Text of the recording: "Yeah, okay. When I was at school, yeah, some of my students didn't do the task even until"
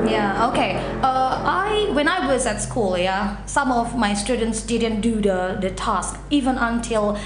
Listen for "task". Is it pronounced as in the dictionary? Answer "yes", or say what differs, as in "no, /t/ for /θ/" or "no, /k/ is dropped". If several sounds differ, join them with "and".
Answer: yes